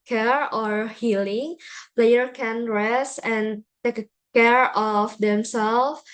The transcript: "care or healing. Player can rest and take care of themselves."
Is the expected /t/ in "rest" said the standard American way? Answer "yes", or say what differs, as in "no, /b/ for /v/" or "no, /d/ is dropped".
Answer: no, /t/ is dropped